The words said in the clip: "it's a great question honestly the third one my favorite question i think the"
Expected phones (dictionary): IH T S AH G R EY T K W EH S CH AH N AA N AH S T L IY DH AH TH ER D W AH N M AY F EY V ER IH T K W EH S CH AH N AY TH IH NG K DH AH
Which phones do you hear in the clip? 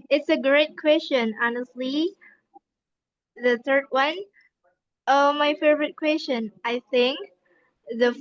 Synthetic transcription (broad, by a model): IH T S AH G R EY T K W EH S CH AH N AA N AH S T L IY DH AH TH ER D W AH N M AY F EY V ER IH T K W EH S CH AH N AY TH IH NG K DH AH